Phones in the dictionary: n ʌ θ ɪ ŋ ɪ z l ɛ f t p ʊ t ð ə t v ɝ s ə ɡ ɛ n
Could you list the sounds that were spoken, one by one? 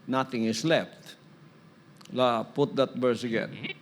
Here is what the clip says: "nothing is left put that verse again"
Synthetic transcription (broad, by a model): n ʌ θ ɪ ŋ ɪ s l ɛ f t p ʊ t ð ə t b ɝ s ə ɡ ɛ n